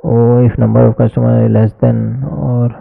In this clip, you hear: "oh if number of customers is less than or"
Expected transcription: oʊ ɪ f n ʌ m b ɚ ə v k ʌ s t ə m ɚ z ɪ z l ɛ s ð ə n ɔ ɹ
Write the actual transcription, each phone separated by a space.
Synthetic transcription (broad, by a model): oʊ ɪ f n ʌ m b ɚ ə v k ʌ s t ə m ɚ ɪ l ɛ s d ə n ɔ ɹ